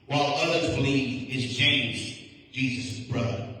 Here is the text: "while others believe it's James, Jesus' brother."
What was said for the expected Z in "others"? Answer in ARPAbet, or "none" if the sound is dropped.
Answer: Z